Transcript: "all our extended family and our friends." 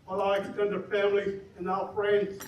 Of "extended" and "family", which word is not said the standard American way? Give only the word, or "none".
extended